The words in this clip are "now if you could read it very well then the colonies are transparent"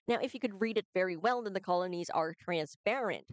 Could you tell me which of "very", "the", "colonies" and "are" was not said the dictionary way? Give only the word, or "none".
none